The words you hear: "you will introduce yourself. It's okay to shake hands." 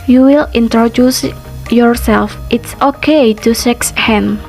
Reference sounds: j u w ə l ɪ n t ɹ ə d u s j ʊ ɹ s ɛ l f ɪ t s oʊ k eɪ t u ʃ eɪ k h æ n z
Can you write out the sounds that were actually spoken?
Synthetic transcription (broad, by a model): j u w ə l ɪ n t ɹ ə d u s j ʊ ɹ s ɛ l f ɪ t s oʊ k eɪ t u s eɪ k h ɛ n